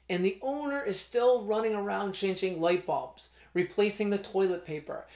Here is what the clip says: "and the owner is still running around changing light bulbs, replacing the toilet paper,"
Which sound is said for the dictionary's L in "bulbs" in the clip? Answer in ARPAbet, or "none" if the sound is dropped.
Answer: none